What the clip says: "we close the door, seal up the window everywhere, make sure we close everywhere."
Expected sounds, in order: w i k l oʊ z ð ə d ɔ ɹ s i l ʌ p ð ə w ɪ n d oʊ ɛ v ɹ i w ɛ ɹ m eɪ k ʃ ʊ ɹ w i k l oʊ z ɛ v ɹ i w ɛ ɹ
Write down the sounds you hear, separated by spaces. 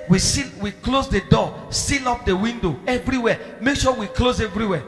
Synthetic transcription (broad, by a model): w i k l oʊ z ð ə d ɔ s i n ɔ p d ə w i n d oʊ ɛ v ɹ i w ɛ m eɪ k ʃ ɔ w i k l oʊ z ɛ v ɹ i w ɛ